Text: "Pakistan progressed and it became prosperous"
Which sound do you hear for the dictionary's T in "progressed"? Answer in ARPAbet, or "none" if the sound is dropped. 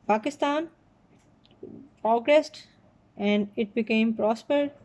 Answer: T